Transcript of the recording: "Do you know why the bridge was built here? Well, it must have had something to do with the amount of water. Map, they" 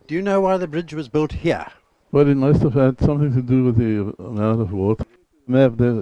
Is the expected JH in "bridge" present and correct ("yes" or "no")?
yes